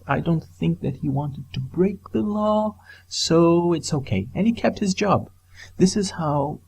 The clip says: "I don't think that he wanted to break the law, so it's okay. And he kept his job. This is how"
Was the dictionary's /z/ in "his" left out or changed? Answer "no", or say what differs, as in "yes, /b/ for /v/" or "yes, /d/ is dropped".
no